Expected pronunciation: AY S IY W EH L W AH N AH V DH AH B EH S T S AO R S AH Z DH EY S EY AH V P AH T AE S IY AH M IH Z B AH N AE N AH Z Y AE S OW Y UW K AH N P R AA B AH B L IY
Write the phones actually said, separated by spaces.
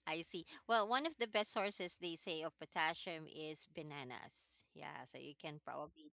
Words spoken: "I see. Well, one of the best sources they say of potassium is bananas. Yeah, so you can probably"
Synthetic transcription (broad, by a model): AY S IY W EH L W AH N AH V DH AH B EH S T S AO R S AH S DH EY S EY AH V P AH T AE SH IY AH M IH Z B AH N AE N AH S Y AE S OW Y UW K AH N P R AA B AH B L IY